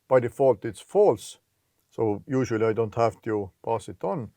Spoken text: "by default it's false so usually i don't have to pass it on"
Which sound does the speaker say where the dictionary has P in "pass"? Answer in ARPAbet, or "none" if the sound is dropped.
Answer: P